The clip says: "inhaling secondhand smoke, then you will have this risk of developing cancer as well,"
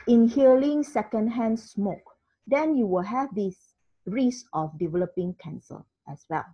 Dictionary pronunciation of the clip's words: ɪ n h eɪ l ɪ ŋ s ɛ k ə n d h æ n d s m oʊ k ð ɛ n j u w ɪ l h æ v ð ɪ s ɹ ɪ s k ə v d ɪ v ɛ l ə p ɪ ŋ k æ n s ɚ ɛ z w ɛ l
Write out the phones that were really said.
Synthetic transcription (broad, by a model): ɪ n h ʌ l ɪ ŋ s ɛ k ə n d h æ n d s m oʊ k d ɛ n j u w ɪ l h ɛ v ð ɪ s ɹ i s ə f d ɪ v ɛ l ə p ɪ ŋ k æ n s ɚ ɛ s w ɛ l